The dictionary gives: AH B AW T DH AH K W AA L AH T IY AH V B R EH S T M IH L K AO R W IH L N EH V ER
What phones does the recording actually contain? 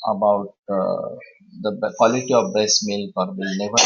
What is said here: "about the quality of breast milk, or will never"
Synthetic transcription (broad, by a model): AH B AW T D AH K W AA L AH T IY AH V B EH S M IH L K AO R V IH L N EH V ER